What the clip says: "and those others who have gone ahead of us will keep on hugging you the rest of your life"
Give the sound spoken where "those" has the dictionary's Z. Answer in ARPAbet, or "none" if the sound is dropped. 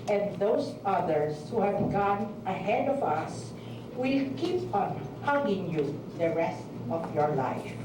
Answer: S